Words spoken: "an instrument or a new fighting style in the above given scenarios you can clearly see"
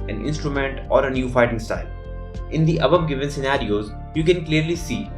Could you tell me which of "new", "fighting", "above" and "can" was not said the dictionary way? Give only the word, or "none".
above